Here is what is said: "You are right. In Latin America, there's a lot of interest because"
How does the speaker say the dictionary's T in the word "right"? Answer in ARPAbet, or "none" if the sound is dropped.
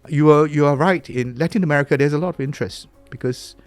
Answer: T